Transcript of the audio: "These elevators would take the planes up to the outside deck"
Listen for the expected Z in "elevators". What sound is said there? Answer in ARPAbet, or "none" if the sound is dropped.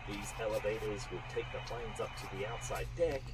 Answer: Z